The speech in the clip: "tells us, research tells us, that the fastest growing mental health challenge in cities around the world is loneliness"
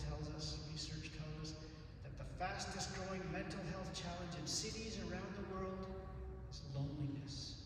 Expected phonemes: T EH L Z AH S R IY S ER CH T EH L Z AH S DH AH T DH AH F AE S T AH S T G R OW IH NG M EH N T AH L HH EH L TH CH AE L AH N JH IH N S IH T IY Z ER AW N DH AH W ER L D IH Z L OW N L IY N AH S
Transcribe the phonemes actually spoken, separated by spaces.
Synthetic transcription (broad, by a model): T EH L Z AH S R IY S ER CH T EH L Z AH S DH AH T DH AH F AE S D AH S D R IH IH NG M EH N T L HH EH L TH CH AE L AH N JH IH N S IH T IY Z ER AW N DH AH W ER L D IH Z L OW N L IY N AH S